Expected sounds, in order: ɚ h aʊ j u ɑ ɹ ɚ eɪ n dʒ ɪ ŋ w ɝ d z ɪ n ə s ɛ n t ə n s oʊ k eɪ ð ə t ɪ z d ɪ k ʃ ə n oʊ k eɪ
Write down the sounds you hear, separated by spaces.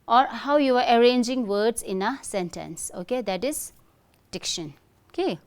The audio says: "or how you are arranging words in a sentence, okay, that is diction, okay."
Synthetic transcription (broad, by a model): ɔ h aʊ j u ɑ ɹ ɚ eɪ n dʒ ɪ ŋ w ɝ d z ɪ n ə s ɛ n t ə n s oʊ k eɪ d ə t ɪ s d ɪ k ʃ ə n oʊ k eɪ